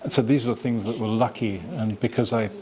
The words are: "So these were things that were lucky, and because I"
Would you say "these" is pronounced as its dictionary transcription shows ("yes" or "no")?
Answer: yes